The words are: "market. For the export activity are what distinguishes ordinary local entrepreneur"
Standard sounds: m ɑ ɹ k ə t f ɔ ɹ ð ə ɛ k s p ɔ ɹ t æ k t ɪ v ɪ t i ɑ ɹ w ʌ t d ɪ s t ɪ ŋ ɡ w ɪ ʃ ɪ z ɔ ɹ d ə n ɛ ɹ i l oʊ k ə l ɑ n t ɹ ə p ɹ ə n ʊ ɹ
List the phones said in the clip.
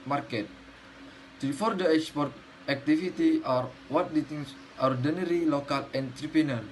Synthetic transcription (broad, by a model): m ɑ ɹ k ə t f ɔ ɹ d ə ɛ k s p ɔ ɹ t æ k t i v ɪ t i ɑ ɹ w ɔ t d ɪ t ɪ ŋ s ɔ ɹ d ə n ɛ ɹ i l oʊ k ə l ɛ n t ɹ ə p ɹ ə n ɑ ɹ